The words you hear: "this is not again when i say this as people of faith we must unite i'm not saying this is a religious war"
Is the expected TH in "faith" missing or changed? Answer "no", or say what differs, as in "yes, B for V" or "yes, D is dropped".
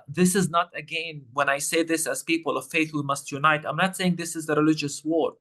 no